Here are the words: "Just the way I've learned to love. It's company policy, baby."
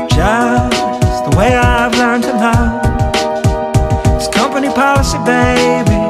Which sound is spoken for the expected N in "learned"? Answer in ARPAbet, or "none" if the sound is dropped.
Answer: none